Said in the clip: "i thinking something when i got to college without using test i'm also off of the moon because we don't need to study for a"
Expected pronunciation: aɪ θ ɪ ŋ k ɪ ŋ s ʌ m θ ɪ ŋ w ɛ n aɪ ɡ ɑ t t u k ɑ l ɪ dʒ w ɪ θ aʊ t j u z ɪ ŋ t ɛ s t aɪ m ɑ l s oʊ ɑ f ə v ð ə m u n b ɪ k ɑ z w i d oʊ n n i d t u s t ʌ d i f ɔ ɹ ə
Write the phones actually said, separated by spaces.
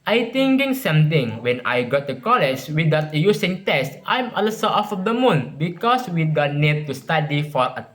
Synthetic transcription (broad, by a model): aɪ t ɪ ŋ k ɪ ŋ s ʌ m t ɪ ŋ w ɛ n aɪ ɡ ɑ t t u k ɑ l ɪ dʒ w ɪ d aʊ t j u s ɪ ŋ t ɛ s t aɪ m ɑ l s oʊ ɑ f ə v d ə m u n b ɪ k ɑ s w i d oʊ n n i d t u s t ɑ d i f ɔ ɹ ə